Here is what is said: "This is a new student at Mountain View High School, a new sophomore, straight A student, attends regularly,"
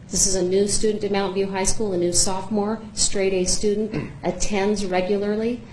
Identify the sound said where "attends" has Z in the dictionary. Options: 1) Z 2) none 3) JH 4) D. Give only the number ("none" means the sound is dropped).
1